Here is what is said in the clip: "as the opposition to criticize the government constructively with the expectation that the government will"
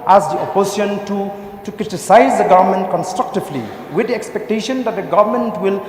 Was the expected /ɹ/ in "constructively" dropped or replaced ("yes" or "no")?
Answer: no